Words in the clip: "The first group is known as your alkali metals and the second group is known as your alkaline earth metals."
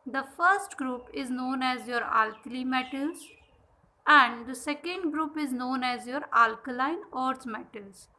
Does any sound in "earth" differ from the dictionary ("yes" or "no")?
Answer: yes